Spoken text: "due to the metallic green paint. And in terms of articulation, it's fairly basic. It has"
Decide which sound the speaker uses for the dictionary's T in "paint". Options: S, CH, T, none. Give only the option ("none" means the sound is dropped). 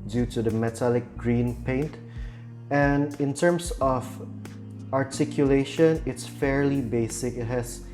T